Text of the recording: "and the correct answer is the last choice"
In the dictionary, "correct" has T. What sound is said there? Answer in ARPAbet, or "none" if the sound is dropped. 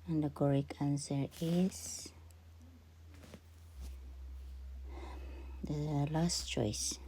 none